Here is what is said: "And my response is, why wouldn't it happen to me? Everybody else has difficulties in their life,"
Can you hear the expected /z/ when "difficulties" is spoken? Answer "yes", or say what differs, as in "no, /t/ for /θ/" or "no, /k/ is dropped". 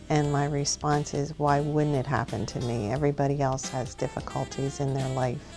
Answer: yes